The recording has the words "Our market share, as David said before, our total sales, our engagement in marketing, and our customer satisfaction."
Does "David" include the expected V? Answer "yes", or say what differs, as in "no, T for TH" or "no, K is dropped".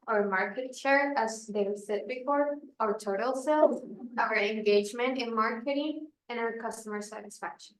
no, V is dropped